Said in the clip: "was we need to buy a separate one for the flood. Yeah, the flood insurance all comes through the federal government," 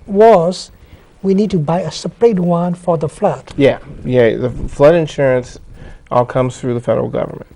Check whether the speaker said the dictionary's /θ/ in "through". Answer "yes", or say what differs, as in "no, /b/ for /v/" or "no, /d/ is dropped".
yes